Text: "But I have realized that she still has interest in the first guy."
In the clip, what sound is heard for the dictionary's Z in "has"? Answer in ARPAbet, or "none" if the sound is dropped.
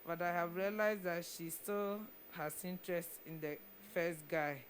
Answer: S